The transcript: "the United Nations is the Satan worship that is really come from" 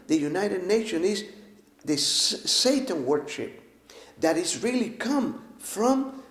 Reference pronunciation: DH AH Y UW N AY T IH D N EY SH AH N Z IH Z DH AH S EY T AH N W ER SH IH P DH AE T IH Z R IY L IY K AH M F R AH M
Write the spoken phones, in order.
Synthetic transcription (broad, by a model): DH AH Y UW N AY T IH D N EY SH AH N IH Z DH AH S EY T AH N W ER SH IH P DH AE T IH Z R IY L IY K AH M F R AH M